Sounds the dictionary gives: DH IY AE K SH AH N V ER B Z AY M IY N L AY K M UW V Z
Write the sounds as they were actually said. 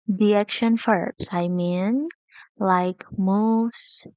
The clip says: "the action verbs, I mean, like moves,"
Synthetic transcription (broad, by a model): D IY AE K SH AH N F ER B S AY M IY N L AY K M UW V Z